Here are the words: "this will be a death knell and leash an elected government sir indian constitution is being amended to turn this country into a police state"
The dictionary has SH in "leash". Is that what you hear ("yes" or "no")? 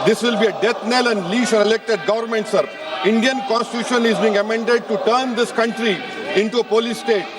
no